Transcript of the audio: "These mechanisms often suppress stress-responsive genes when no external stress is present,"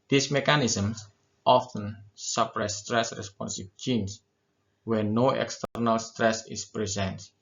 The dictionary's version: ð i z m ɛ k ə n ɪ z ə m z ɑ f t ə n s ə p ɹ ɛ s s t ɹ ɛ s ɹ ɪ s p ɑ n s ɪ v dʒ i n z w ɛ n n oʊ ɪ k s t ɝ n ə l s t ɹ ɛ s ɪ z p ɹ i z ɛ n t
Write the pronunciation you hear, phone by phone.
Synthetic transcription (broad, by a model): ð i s m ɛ k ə n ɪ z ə m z ɑ f t ə n s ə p ɹ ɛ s s t ɹ ɛ s ɹ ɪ s p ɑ n s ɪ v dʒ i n s w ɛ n n oʊ ɪ k s t ɝ n ə l s t ɹ ɛ s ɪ s p ɹ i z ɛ n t